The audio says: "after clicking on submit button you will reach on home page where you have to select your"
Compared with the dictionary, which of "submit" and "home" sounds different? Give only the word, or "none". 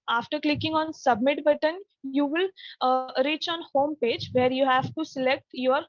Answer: none